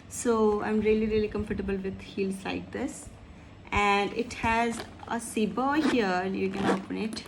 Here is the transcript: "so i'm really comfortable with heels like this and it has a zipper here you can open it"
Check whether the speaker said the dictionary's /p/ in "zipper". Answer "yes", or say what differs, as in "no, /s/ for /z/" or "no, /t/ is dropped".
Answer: no, /b/ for /p/